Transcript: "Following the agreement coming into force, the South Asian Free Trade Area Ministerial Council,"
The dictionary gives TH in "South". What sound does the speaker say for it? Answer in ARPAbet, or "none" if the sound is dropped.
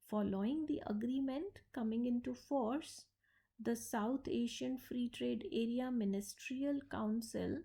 T